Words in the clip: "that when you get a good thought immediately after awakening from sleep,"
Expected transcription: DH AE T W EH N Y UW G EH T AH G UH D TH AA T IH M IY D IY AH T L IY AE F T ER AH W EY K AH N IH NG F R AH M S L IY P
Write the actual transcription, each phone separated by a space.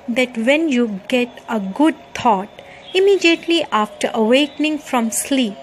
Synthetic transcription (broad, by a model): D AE T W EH N Y UW G EH T AH G UH D T AA T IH M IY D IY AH T L IY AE F T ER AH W EY K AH N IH NG F R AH M S L IY P